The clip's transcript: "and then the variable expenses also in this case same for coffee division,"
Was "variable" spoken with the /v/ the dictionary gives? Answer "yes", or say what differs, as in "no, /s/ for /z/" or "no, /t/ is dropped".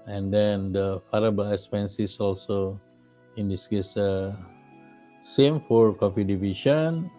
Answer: no, /f/ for /v/